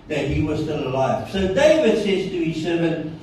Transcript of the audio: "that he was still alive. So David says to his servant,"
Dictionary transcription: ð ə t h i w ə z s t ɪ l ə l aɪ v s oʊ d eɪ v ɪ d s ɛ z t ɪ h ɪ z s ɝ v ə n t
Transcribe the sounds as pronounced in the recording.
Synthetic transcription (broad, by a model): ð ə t h i w ə z s t ɪ l ə l aɪ v s oʊ d eɪ v ɪ d s ɛ z t ɪ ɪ s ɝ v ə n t